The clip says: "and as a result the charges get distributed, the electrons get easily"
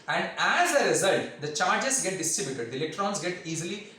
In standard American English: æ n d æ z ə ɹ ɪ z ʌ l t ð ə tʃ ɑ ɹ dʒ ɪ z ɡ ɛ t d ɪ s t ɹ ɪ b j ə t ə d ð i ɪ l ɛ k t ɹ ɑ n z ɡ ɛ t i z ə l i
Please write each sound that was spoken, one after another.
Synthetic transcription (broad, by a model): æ n d æ z ə ɹ ɪ z ʌ l t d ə tʃ ɑ ɹ dʒ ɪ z ɡ ɛ t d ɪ s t ɪ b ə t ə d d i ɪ l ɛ k t ɹ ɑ n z ɡ ɛ t i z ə l i